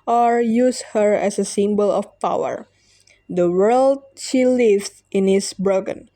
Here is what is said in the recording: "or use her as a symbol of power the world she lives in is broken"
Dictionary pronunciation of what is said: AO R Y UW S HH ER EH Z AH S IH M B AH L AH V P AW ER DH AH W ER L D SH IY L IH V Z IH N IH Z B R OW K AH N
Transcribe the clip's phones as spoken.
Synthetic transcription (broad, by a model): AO R Y UW S HH ER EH S AH S IH M B AH L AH F P AW ER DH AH W ER L D SH IY L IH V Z IH N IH S B R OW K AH N